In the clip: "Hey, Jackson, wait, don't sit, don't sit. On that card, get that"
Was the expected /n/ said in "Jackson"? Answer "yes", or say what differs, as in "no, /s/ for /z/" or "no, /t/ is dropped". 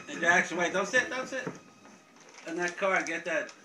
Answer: no, /l/ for /n/